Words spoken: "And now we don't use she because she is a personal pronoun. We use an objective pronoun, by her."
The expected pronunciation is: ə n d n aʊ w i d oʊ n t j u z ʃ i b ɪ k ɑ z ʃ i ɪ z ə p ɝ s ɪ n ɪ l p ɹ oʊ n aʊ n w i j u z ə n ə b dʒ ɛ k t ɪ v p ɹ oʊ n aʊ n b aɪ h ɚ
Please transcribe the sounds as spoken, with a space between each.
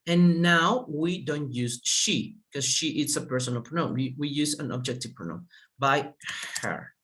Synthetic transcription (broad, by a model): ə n n aʊ w i d oʊ n t j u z ʃ i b k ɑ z ʃ i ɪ s ə p ɝ s ɪ n ɪ l p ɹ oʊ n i w i j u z ə n ə b dʒ ɛ k t ɪ v p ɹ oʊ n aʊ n b aɪ h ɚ